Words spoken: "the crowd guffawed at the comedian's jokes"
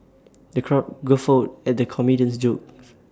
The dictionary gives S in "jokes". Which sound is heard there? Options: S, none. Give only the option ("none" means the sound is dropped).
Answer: none